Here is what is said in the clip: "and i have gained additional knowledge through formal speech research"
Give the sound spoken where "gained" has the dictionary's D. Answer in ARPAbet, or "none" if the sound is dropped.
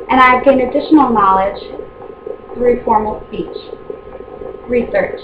none